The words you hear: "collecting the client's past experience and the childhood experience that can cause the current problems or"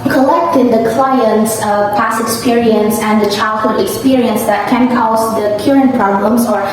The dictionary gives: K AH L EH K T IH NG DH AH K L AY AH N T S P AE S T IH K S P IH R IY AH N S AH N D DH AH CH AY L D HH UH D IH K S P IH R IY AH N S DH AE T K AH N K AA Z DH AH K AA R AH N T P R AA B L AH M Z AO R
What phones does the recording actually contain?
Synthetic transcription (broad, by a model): K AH L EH K T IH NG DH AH K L AY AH N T S P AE S IH K S P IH R IY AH N S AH N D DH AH CH AY L D HH UH D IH K S P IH R IY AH N S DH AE T K AH N K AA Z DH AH K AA R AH N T P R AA B L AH M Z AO R